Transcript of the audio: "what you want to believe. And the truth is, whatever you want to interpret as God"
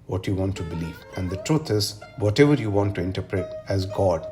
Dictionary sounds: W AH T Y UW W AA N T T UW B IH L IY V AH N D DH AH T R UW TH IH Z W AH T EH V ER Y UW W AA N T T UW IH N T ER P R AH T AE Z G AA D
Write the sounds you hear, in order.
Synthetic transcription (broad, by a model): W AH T Y UW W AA N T T UW B IH L IY V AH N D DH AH T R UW T IH Z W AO T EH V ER Y UW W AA N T T UW IH N T ER P R AH T AE Z G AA D